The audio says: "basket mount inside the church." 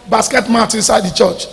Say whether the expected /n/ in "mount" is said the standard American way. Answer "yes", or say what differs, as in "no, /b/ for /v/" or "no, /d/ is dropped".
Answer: no, /n/ is dropped